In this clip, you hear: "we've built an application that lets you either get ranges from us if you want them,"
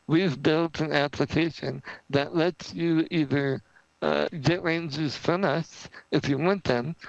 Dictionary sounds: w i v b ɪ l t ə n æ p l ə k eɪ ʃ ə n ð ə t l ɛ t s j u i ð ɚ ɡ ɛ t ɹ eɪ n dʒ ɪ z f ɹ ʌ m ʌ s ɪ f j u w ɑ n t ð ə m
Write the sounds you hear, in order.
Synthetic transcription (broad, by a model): w i v b ɪ l t ə n æ p l ə k eɪ ʃ ə n ð ə t l ɛ t s j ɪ i ð ɚ ɡ ɛ t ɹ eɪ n z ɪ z f ɹ ʌ m ʌ s ɪ f j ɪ w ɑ n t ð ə m